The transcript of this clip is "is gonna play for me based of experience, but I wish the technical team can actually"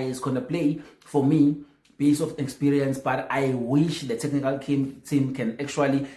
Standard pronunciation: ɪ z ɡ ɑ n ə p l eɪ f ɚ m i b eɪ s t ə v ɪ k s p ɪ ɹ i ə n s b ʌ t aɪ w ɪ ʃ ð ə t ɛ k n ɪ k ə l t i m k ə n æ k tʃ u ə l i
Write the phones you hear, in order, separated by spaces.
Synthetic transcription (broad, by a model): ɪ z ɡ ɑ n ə p l eɪ f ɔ m i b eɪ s ə f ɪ k s p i ɹ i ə n s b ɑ t aɪ w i ʃ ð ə t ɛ k n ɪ k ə l t i m k ə n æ k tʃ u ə l i